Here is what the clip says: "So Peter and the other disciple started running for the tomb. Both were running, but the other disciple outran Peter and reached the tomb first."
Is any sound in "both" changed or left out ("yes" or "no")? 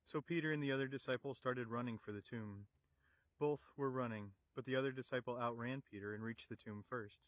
no